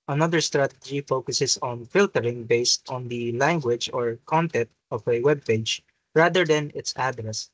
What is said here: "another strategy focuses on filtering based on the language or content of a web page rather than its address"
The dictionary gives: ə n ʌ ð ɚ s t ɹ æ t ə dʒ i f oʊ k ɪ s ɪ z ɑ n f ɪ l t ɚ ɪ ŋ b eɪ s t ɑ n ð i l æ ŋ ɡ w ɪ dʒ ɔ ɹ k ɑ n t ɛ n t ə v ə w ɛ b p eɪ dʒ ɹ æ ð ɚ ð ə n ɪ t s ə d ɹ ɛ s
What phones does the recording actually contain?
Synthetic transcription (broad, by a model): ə n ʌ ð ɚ s t ɹ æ t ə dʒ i f oʊ k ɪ s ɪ s ɑ n f ɪ l t ɚ ɪ ŋ b eɪ s t ɑ n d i l æ ŋ ɡ w ɪ dʒ ɔ ɹ k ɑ n t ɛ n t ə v ə w ɛ b p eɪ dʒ ɹ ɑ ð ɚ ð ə n ɪ t s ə d ɹ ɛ s